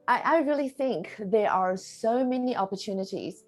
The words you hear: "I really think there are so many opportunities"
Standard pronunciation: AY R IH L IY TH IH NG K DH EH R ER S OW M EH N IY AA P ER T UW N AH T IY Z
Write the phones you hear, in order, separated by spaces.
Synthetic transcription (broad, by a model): AY R IH L IY TH IH NG K DH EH R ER S OW M EH N IY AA P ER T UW N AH T IY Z